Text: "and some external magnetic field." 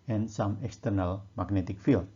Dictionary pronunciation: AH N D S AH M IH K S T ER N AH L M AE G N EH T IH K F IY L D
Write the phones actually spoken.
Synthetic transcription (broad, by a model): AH N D S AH M IH K S T ER N AH L M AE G N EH T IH K F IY L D